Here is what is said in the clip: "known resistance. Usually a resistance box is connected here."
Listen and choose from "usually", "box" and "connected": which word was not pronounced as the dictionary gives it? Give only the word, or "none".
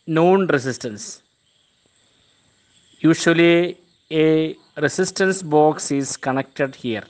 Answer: usually